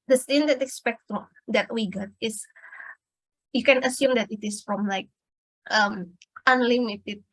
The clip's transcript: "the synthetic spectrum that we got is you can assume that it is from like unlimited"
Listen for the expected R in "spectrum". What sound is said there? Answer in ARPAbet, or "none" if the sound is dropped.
none